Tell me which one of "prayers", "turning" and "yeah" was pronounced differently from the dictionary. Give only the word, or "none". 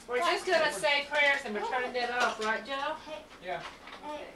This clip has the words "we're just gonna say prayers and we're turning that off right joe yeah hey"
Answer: turning